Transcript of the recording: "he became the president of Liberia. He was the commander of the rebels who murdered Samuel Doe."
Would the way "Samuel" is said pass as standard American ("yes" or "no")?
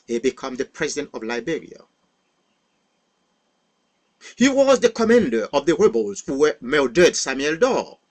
yes